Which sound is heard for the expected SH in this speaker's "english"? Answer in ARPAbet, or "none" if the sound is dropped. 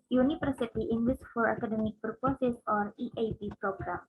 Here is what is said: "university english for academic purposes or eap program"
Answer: S